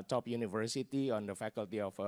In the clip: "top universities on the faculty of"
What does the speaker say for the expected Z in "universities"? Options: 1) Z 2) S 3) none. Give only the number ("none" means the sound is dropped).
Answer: 3